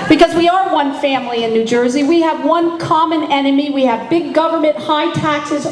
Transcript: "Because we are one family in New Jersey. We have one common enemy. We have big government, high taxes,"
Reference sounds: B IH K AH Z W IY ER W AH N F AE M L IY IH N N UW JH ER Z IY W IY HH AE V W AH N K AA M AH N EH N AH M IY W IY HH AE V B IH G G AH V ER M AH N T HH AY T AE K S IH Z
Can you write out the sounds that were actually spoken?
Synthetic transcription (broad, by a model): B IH K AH Z W IY ER W AH N F AE M L IY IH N N UW JH ER Z IY W IY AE V W AH N K AA M AH N EH N AH M IY W IY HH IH V B IH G G AH V ER M AH N T HH AY T AE K S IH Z